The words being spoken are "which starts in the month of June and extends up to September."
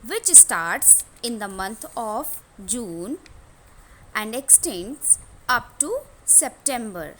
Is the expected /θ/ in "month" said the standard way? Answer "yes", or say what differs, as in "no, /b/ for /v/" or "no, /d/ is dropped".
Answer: no, /t/ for /θ/